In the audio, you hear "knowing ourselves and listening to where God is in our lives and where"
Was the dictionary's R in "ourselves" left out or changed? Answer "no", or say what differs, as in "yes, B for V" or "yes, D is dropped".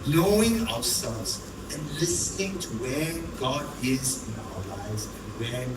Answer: yes, W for R